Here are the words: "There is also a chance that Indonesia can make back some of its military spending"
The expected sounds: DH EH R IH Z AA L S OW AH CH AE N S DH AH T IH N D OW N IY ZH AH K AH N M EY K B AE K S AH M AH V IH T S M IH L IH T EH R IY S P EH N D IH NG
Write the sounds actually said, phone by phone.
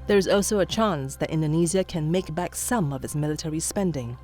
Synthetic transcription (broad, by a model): DH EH R IH Z AA L S OW AH CH AE N S DH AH T IH N D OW N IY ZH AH K AH N M EY K B AE K S AH M AH V IH T S M IH L IH T EH R IY S P EH N D IH NG